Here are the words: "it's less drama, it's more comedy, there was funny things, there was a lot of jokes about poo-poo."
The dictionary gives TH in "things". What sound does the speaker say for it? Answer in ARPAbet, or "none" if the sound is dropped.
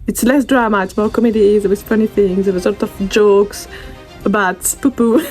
TH